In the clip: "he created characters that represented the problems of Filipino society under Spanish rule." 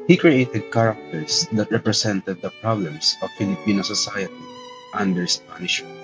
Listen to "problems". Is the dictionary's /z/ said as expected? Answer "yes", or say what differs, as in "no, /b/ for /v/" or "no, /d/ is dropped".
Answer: no, /s/ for /z/